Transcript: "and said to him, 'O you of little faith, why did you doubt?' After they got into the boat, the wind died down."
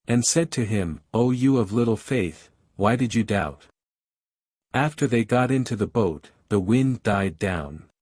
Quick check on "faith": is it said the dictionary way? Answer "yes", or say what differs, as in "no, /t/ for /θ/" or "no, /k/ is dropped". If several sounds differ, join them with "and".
yes